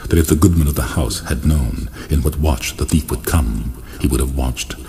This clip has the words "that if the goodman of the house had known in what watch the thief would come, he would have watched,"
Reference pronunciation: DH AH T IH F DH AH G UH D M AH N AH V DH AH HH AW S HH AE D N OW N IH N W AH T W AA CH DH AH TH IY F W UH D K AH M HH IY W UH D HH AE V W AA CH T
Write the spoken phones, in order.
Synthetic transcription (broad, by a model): DH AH T IH F DH AH G UH D M AH N AH V DH AH HH AW S HH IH D N OW N IH N W AH T W AA CH DH AH TH IY F W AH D K AH M HH IY W UH D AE V W AA CH T